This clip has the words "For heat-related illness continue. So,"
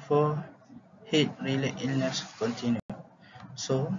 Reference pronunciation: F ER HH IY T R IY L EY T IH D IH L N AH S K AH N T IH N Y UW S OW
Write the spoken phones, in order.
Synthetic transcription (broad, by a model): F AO HH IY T R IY L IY T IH IH L N AH S K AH N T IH N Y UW S OW